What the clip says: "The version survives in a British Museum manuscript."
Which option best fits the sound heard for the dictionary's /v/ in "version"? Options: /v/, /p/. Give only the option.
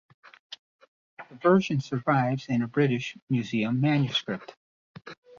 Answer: /v/